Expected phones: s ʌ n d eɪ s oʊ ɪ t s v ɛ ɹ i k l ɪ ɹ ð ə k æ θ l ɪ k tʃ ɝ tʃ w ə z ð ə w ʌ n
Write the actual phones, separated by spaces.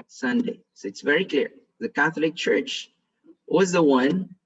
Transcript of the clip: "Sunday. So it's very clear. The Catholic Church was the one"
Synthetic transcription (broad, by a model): s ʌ n d eɪ s oʊ ɪ t s v ɛ ɹ i k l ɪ ɹ ð ə k æ θ l ɪ k tʃ ɝ tʃ w ə z ð ə w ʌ n